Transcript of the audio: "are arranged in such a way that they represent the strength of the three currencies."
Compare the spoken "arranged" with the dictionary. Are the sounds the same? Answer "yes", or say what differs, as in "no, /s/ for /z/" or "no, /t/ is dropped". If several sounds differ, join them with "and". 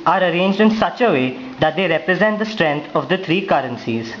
yes